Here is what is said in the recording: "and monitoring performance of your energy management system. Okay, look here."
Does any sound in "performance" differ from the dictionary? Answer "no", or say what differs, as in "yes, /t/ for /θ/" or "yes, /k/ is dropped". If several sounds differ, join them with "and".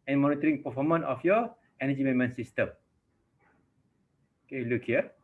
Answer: yes, /s/ is dropped